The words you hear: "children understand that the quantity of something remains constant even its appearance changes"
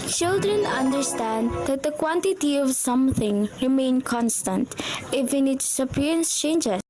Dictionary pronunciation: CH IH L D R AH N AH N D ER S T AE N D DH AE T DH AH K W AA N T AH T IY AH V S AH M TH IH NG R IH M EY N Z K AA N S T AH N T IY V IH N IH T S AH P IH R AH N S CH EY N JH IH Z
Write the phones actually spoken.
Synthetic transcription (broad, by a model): CH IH L D R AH N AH N D ER S T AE N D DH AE T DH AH K W AA N T AH T IY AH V S AH M TH IH NG R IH M EY N K AA N S T AH N T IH F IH N IH T S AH P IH R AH N S CH EY N JH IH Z